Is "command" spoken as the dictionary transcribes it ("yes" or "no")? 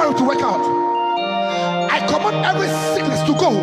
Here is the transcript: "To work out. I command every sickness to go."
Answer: no